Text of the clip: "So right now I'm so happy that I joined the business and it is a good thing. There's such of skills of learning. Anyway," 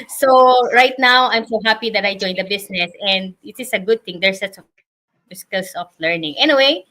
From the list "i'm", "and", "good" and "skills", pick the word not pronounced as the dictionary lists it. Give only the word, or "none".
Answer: skills